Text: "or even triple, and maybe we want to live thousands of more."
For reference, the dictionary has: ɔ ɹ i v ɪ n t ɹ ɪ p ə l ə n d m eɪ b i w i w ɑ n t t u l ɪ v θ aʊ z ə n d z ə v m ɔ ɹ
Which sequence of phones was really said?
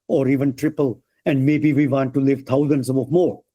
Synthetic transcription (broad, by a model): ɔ ɹ i v ɪ n t ɹ ɪ p ə l ə n d m eɪ b i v i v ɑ n t t u l ɪ v t aʊ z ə n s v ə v m ɔ ɹ